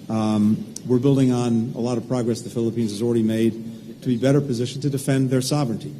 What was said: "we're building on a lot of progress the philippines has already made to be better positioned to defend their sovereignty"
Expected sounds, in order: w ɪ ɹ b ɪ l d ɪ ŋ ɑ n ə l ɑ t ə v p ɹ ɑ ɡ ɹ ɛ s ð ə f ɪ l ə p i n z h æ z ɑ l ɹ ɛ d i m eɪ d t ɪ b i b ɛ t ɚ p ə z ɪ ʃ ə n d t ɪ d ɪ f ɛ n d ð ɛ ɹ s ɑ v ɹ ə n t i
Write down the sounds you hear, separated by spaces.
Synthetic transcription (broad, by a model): w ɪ ɹ b ɪ l d ɪ ŋ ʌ n ə l ɑ t ə v p ɹ ɑ ɡ ɹ ɛ s ð ə f ɪ l ə p i n z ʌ z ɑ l ɹ ɛ d i m eɪ d t ɪ b i b ɛ t ɚ p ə z ɪ ʃ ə n t ɪ d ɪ f ɛ n ð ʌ ɹ s ɑ v ɹ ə n t i